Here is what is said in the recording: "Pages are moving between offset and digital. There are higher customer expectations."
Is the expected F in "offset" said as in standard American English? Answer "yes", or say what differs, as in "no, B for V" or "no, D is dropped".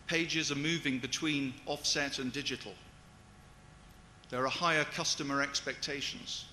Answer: yes